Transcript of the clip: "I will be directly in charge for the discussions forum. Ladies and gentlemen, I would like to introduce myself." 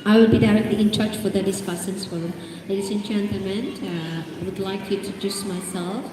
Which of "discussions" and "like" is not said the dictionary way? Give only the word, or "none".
discussions